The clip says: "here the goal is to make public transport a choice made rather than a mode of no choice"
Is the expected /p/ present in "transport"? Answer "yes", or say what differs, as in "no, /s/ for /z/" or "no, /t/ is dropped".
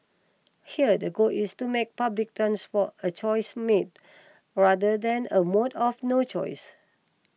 no, /f/ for /p/